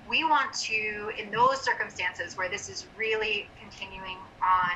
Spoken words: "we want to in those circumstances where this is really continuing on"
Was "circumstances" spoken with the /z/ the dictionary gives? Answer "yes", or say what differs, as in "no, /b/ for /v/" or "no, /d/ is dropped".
yes